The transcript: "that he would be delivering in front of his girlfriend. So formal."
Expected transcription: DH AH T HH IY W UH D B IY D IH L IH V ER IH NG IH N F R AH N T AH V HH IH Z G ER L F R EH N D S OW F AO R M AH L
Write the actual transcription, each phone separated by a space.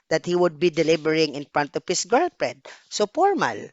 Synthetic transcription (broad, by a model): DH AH T HH IY W UH D B IY D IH L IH B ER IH NG IH N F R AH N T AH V HH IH S G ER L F R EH D S OW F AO R M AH L